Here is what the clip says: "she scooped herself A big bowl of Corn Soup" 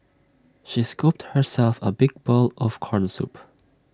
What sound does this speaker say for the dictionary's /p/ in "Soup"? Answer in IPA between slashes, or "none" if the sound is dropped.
/p/